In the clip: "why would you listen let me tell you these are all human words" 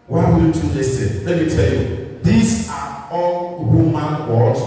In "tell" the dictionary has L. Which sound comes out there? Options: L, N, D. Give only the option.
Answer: L